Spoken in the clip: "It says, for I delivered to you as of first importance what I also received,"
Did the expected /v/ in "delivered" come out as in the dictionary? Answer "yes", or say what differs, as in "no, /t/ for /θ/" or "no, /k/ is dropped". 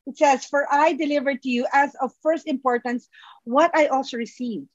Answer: yes